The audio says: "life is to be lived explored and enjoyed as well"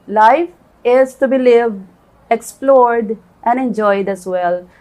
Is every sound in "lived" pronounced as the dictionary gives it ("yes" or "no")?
no